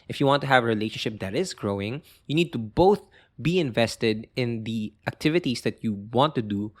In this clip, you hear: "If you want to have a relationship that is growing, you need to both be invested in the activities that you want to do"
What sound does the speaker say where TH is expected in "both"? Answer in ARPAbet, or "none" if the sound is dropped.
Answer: TH